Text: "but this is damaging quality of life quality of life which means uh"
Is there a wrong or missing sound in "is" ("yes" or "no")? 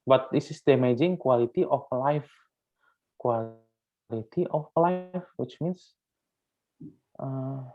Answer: yes